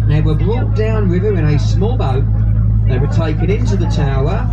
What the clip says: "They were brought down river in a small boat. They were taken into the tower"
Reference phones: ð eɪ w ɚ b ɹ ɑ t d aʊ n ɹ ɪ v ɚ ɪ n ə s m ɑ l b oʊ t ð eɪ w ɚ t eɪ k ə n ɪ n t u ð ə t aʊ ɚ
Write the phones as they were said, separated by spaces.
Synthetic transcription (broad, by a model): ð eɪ w ɚ b l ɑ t d aʊ n w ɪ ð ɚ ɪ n ə s m ɑ l b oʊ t ð eɪ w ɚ t eɪ k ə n ɪ n t u ð ə t aʊ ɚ